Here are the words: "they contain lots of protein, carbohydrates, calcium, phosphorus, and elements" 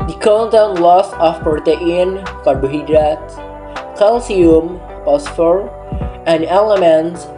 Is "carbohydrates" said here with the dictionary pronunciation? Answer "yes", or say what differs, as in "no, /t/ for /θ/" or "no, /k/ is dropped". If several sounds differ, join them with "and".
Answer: no, /s/ is dropped